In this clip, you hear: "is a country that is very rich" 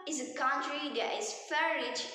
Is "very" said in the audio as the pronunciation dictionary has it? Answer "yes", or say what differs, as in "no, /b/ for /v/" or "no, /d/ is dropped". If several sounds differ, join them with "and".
no, /f/ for /v/